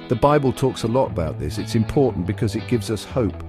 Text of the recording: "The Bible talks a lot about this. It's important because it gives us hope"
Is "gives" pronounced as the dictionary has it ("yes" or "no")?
yes